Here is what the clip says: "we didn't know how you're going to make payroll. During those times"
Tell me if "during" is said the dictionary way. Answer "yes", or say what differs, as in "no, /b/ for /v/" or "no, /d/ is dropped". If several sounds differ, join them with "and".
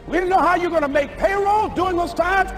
no, /ɹ/ is dropped